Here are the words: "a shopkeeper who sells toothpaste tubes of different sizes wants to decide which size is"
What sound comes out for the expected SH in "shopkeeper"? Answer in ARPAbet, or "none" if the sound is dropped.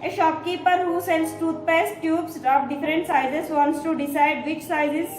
SH